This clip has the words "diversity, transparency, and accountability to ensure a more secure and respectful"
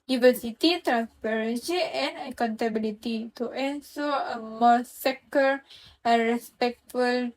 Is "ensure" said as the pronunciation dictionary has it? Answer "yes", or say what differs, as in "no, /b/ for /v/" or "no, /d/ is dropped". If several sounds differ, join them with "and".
no, /s/ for /ʃ/